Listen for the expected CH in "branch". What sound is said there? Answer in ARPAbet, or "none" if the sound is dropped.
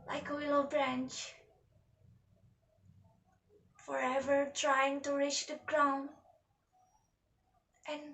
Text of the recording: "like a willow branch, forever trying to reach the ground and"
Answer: CH